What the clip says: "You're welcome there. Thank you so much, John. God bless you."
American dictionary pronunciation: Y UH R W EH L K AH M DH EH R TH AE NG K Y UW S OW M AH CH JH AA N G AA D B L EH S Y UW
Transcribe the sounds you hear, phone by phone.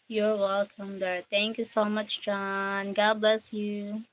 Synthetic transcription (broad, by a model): Y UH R W EH L K AH M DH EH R T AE NG K Y UW S OW M AH CH JH AA N G AA D B L EH S Y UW